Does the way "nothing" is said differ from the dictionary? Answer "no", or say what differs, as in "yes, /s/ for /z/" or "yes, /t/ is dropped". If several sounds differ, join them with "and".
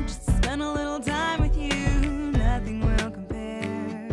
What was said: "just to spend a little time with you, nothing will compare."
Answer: no